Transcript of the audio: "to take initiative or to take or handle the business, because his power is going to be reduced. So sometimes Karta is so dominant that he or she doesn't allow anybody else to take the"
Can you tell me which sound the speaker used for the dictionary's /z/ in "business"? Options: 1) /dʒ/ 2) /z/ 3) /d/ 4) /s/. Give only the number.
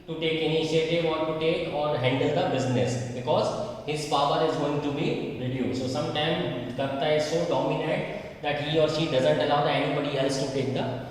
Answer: 2